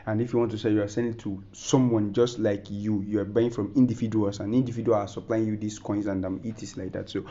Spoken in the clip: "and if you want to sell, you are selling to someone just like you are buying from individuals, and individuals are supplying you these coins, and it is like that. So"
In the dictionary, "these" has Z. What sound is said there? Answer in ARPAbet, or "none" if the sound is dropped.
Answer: S